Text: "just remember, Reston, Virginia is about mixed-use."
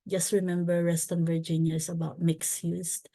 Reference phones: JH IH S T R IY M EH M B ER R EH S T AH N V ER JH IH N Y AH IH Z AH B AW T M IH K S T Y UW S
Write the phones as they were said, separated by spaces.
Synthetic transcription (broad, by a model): JH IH S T R IY M EH M B ER R EH S T AH N V ER JH IH N Y AH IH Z AH B AW T M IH K S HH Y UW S